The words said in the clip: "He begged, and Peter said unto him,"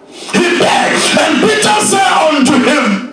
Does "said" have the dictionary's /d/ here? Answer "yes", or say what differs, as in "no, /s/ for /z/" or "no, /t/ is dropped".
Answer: no, /d/ is dropped